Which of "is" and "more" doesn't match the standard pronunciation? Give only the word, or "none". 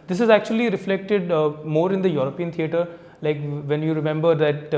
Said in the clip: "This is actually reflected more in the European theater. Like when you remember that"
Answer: none